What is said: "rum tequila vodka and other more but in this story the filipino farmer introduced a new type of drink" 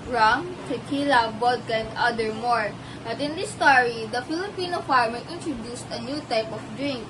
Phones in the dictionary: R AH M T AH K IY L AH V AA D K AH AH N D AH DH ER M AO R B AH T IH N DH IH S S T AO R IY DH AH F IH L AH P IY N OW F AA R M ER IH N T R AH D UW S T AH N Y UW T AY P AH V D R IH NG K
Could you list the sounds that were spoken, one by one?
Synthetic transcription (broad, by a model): R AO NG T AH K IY L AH B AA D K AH AH N D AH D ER M AO R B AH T IH N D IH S S T AO R IY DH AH F IH L AH P IY N OW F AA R M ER IH N T R AH D UW S T AH N Y UW T AY P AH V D R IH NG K